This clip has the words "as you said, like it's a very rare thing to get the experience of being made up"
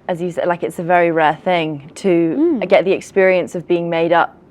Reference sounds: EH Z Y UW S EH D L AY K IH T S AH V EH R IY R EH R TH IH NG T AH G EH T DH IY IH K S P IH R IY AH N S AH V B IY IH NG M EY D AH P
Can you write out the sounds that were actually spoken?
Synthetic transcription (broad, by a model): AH Z Y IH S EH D L AY K IH T S AH V EH R IY R EH TH IH NG T AH G EH T DH IY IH K S P IH R IY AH N S AH V B IY IH NG M EY D AH P